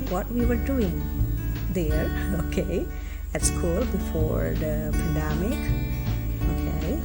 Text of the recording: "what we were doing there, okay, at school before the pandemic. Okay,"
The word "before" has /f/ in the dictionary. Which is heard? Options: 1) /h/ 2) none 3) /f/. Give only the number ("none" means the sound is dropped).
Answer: 3